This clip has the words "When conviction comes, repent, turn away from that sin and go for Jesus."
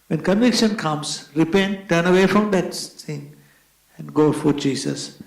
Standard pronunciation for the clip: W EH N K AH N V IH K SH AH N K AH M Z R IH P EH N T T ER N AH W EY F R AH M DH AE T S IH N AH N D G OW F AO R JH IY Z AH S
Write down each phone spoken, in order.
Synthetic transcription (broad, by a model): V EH N K AH N V IH K SH AH N K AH M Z R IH P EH N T T ER N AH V EY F R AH M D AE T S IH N AH N D G OW F AO R JH IY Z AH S